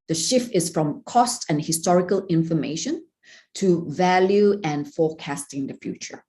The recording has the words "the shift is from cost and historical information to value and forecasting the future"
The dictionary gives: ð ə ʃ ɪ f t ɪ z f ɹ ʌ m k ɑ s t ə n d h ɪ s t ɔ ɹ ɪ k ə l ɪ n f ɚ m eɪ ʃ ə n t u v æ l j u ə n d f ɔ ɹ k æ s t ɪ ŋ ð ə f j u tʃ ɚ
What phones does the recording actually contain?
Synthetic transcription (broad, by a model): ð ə ʃ ɪ f t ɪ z f ɹ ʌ m k ɑ s t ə n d h ɪ s t ɔ ɹ ɪ k ə l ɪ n f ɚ m eɪ ʃ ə n t u v æ l j u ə n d f ɔ k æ s t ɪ ŋ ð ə f j u tʃ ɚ